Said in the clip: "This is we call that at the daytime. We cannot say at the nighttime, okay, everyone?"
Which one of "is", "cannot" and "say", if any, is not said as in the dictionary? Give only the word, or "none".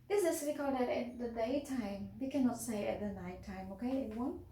is